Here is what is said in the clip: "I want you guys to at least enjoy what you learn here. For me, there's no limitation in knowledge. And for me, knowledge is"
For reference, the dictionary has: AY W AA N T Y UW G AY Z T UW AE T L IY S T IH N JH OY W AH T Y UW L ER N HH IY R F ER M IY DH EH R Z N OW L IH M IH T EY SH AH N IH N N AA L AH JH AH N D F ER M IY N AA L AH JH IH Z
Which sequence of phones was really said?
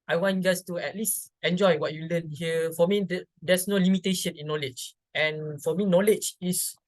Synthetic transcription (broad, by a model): AY W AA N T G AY S T UW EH T L IY S T IH N JH OY W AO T Y UW L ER N HH IY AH F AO M IY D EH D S N OW L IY M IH T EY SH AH N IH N N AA L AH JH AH N F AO M IY N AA L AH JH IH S